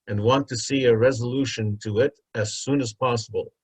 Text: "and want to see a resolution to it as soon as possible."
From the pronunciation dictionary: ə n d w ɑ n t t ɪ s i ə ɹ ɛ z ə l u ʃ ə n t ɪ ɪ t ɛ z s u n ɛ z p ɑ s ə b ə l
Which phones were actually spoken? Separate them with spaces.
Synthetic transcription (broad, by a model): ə n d w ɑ n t t ɪ s i ə ɹ ɛ z ə l u ʃ ə n t ɪ ɪ t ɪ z s u n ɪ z p ɑ s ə b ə l